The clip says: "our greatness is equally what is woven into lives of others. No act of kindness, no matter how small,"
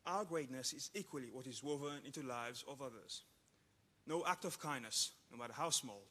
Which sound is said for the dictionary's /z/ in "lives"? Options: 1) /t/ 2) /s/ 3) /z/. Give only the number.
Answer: 3